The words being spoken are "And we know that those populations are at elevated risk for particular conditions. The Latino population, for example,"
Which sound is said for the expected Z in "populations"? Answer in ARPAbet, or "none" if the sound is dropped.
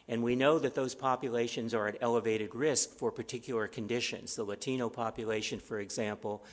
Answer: Z